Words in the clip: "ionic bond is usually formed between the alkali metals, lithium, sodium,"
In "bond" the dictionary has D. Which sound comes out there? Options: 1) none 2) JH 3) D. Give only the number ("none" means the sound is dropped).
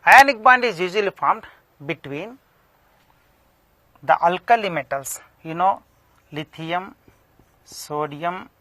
3